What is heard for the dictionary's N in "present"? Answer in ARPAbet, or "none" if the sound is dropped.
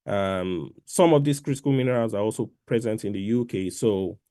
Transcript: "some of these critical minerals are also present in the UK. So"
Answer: N